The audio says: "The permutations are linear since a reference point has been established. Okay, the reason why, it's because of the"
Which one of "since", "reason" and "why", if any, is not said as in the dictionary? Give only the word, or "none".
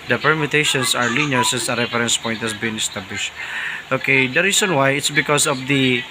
reason